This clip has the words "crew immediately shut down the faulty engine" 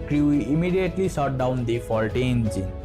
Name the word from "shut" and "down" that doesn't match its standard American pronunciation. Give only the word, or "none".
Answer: shut